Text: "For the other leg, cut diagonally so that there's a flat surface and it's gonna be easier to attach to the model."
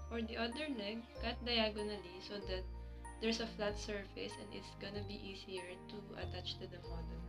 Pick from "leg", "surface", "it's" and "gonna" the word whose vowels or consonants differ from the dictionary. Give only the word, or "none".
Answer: leg